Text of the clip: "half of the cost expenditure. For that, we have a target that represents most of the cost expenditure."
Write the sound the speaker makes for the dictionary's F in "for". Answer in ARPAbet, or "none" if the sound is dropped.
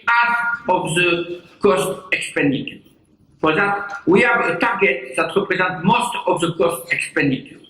P